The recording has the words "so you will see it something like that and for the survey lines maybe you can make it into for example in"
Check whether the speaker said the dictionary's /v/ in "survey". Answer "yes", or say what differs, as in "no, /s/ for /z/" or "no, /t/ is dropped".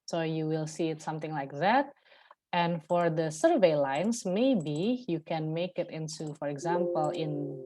yes